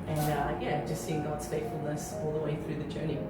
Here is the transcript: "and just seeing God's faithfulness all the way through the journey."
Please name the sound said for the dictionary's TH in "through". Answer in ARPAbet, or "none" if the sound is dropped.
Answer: TH